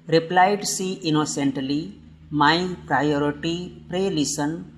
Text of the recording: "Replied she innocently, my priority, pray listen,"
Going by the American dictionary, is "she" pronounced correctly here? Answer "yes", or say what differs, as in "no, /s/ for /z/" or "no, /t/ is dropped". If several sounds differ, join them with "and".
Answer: no, /s/ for /ʃ/